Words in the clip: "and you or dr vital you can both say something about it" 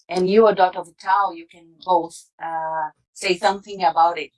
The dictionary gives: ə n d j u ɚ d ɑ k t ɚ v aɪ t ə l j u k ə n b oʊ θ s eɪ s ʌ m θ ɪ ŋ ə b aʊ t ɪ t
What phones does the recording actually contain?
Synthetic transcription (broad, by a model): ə n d j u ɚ d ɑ t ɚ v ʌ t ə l j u k ə n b oʊ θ s eɪ s ʌ m θ ɪ ŋ ə b aʊ t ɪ t